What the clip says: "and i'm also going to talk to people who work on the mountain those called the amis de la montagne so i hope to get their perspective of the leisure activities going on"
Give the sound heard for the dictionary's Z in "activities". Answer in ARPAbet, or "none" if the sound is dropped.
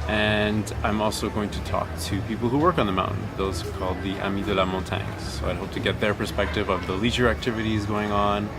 Z